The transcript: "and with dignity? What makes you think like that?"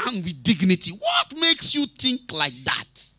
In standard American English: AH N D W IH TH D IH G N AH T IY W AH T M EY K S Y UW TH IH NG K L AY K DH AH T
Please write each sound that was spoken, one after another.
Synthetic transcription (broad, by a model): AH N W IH D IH G N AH T IY W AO T M EY K S Y UW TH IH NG K L AY K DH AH T